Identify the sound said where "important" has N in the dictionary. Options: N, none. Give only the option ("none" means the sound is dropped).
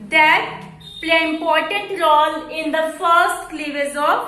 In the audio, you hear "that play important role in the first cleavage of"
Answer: none